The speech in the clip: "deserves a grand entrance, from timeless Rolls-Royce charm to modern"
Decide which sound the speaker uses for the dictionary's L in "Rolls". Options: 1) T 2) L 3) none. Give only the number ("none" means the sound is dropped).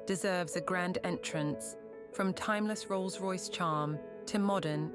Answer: 2